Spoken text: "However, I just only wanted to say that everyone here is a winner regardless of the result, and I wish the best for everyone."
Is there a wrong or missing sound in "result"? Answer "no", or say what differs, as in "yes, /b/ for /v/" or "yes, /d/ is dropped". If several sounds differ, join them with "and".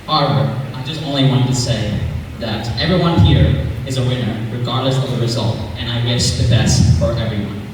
no